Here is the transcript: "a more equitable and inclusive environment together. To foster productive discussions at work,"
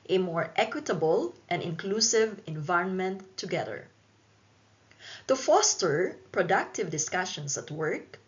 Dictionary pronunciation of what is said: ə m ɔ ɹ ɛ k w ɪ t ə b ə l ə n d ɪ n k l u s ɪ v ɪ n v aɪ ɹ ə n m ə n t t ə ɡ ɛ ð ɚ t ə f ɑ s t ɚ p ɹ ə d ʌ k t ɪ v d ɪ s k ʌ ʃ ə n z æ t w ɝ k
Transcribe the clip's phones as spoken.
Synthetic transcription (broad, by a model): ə m ɔ ɹ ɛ k w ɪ t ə b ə l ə n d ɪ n k l u s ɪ v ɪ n v aɪ ɹ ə n m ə n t t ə ɡ ɛ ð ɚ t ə f ɑ s t ɚ p ɹ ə d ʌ k t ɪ v d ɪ s k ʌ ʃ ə n s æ t w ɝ k